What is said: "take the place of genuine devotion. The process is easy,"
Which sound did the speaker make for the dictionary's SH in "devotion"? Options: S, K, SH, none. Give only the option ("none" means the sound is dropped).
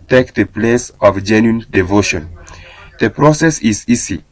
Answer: SH